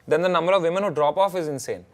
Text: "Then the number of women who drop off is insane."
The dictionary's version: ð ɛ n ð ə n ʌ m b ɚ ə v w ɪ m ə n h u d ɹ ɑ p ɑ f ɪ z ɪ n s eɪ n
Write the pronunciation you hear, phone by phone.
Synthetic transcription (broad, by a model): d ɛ n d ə n ʌ m b ɚ ə v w ɪ m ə n h u d ɹ ɑ p ɑ f ɪ z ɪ n s eɪ n